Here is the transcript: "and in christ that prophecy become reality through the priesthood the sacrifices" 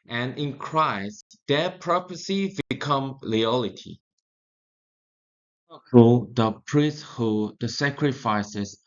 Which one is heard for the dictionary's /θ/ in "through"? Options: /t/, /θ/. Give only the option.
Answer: /t/